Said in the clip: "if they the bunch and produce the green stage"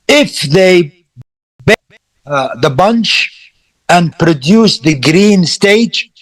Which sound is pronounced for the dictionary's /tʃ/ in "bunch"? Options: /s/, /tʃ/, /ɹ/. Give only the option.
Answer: /tʃ/